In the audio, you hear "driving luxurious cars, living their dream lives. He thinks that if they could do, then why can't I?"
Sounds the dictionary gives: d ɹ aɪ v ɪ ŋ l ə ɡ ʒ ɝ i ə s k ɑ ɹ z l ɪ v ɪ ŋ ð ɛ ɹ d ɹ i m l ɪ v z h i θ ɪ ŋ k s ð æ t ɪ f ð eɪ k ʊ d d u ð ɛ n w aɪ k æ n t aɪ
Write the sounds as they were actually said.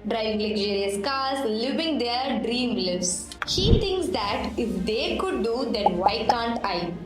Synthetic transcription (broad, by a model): d ɹ aɪ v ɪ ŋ l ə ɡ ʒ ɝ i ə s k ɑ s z l ɪ v ɪ ŋ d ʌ ɹ d ɹ i m l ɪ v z h i t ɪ ŋ k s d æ t ɪ f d eɪ k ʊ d d u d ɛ n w aɪ k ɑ n t aɪ